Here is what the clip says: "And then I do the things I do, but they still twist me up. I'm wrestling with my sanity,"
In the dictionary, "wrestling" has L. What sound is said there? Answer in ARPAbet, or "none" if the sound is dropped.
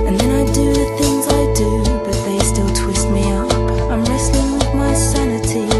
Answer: N